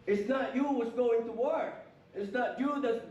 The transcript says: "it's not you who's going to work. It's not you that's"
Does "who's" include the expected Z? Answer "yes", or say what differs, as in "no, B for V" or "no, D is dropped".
no, S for Z